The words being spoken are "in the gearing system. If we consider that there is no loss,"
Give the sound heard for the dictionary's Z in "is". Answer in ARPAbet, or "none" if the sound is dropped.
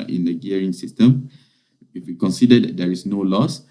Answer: S